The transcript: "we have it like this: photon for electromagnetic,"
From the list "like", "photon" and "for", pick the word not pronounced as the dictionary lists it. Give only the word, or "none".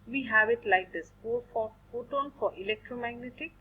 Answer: photon